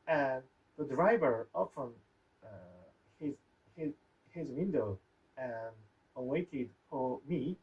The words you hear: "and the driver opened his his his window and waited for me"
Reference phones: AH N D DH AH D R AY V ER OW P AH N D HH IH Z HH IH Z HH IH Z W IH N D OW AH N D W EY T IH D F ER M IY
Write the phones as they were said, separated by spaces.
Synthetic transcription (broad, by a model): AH N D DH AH D R AY V ER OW F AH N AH HH IH Z HH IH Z HH IH Z W IH N D OW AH N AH W EY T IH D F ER M IY